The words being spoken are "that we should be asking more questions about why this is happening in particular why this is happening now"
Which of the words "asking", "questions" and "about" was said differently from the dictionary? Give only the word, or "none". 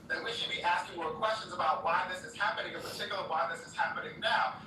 none